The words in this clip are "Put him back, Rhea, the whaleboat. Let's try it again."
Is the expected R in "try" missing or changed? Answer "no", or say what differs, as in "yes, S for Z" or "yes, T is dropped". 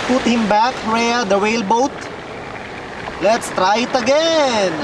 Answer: no